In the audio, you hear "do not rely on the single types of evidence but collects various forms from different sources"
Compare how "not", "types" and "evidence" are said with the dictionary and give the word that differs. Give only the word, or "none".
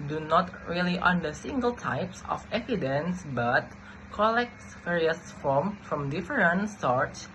none